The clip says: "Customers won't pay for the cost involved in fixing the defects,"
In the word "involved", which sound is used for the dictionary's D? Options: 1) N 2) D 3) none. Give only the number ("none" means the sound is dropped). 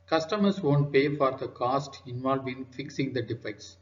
3